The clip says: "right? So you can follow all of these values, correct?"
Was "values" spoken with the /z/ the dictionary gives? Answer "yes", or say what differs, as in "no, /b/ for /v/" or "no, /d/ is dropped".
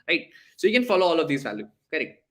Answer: no, /z/ is dropped